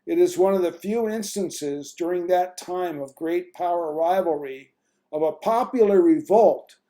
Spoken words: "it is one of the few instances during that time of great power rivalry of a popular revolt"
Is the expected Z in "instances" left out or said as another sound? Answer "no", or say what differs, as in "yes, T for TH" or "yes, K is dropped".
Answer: no